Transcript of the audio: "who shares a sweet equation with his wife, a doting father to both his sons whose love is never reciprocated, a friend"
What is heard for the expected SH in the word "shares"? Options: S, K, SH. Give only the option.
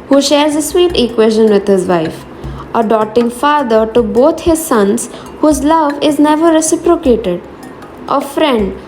SH